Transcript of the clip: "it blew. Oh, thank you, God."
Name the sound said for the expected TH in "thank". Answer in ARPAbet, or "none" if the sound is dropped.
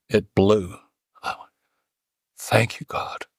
TH